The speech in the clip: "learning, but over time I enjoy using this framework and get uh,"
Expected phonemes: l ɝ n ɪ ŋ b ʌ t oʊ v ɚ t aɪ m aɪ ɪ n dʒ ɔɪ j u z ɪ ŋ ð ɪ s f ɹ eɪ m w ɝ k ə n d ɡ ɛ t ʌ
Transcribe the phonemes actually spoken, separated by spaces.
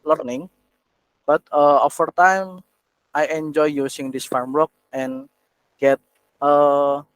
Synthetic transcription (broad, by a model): l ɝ n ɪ ŋ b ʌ t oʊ f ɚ t aɪ m aɪ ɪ n dʒ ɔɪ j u s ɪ ŋ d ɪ s f ɹ m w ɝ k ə n ɡ ɛ t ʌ